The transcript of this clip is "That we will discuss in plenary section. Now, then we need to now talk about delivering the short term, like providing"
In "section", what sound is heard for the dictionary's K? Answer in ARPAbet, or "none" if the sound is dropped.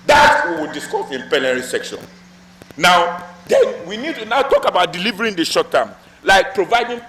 K